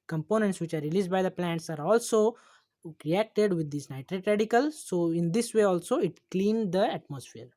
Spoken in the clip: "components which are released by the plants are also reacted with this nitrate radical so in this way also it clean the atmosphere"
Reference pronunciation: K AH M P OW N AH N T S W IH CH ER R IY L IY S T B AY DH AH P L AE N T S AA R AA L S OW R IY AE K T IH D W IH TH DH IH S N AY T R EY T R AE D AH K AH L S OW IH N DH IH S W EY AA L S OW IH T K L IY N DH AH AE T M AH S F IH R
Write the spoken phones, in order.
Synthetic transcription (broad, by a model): K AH M P OW N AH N T S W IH CH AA R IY L IY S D B AY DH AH P L AE N T S AA R AA L S OW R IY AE K T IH D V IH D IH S N AY T R EY T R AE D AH K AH L S OW IH N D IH S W EY AA L S OW IH T K L IY N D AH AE T M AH S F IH R